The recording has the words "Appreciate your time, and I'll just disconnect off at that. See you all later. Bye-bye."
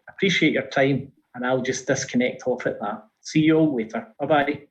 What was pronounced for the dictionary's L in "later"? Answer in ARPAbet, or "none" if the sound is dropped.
W